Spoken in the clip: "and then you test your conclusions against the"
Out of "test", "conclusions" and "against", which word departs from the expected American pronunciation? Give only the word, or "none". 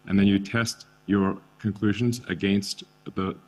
none